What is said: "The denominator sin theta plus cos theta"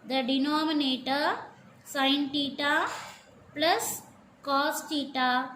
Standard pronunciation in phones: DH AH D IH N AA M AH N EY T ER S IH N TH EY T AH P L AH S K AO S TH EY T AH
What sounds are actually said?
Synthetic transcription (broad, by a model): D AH D IH N AA M AH N EY T ER S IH N T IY T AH P L AH S K AO S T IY T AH